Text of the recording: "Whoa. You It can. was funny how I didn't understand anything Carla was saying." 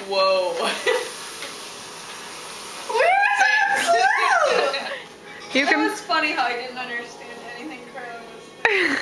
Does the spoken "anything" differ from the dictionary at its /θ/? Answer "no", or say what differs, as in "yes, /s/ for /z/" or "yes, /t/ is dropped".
no